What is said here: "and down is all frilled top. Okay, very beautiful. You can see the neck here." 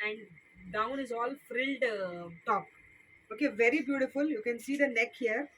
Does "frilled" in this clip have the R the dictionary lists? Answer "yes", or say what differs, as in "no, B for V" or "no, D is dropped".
yes